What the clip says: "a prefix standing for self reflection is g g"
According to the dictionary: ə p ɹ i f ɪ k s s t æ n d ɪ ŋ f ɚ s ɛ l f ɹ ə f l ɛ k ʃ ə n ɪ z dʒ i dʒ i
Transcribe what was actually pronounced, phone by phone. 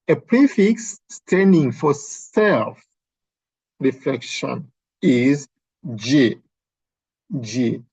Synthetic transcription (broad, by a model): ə p ɹ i f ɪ k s s t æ n d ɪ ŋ f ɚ s ɛ l f ɹ ə f l ɛ k ʃ ə n ɪ z dʒ i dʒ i